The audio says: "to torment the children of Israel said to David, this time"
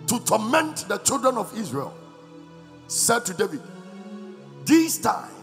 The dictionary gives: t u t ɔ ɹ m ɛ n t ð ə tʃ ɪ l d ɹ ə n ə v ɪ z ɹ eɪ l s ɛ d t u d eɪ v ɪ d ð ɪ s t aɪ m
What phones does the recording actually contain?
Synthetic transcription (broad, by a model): t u t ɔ m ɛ n t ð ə tʃ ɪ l d ɹ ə n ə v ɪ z ɹ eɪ l s ɛ d t u d eɪ v ɪ d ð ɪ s t aɪ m